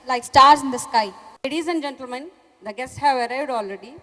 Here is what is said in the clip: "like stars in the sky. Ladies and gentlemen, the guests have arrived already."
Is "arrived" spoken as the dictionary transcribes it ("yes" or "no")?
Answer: no